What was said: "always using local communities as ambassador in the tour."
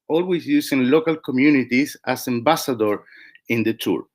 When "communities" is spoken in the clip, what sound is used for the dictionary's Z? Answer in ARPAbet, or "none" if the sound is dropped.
S